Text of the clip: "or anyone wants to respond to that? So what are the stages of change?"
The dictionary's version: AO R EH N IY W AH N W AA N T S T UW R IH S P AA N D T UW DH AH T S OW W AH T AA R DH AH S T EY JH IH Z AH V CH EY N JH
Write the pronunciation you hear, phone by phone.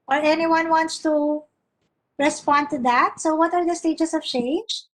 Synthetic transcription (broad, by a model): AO R EH N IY W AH N W AA N T S T UW R IH S P AA N D T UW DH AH T S OW W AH T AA R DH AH S T EY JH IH S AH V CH EY N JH